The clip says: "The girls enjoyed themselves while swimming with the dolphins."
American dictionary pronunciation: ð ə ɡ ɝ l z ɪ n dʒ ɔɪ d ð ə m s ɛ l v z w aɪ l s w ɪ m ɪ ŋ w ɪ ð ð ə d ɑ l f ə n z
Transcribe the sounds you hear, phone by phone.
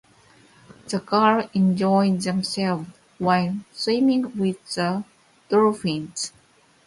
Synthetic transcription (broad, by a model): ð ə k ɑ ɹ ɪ n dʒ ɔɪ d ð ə m s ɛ l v w aɪ l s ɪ m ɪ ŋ w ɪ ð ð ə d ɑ f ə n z